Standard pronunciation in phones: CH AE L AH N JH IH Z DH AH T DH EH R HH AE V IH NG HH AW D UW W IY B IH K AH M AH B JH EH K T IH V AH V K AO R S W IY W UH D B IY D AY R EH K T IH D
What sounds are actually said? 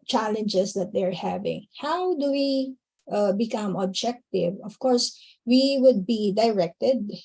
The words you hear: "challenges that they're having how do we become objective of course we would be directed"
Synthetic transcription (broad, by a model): CH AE L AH N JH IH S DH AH T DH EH R HH AE V IH NG HH AW D UW W IY B IH K AH M AH B JH EH K T IH V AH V K AO R S W IY W UH D B IY D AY R EH K T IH D